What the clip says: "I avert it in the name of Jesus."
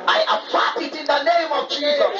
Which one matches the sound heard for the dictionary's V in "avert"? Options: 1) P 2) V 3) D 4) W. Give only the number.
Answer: 1